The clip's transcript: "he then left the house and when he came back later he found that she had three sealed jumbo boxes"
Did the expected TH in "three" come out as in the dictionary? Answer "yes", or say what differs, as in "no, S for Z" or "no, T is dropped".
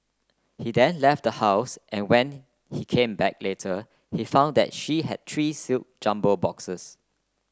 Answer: no, T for TH